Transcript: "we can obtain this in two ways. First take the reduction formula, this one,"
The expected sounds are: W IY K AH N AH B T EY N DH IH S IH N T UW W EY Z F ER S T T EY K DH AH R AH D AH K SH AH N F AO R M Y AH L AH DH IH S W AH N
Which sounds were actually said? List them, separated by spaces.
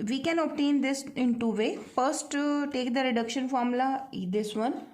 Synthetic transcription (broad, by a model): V IY K AH N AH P T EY N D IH S IH N T UW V EY F ER S T T EY K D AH R AH D AH K SH AH N F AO R M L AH AH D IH S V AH N